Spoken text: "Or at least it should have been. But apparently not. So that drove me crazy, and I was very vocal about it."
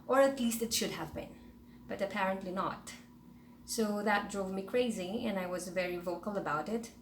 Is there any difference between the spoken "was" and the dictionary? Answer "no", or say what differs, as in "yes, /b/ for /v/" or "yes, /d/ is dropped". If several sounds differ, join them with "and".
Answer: no